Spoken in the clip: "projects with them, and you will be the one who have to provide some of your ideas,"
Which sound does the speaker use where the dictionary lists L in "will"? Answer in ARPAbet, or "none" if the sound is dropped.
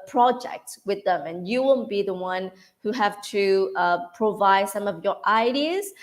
N